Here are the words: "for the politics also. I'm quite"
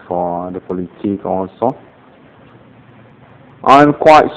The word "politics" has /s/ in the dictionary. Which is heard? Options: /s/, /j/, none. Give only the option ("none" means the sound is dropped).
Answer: none